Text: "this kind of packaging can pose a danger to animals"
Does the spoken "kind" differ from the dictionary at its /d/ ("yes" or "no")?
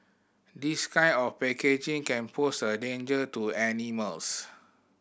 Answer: yes